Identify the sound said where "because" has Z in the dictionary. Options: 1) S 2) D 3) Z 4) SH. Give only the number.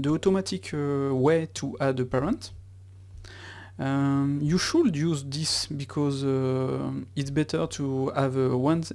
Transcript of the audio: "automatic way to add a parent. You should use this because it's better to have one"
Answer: 3